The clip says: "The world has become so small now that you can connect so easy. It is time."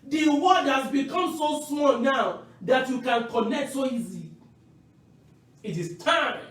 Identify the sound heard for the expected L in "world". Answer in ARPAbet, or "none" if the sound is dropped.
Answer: none